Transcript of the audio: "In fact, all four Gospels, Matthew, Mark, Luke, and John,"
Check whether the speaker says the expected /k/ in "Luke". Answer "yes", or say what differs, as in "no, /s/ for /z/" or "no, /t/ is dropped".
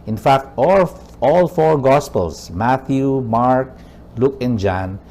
yes